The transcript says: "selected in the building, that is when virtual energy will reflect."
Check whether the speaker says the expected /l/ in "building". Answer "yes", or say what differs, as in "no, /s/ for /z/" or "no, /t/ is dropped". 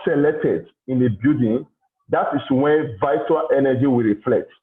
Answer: no, /l/ is dropped